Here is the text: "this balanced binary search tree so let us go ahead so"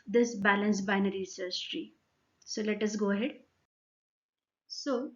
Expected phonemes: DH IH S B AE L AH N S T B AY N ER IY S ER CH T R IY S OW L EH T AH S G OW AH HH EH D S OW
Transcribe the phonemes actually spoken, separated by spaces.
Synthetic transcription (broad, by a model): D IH S B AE L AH N S B AY N ER IY S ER S T R IY S OW L EH T AH S G OW AH HH EH D S OW